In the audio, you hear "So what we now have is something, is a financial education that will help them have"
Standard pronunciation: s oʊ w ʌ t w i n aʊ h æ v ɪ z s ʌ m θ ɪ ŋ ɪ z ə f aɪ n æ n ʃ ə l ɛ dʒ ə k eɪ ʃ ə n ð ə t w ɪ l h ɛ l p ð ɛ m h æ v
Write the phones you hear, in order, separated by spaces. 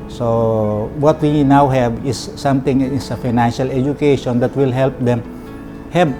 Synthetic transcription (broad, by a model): s oʊ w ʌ t w i n aʊ h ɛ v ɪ s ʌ m t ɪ ŋ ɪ s ə f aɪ n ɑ n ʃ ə l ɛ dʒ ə k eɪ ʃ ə n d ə t w ɪ l h ɛ l p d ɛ m h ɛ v